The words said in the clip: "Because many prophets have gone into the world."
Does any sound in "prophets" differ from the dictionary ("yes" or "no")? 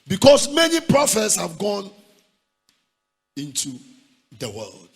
no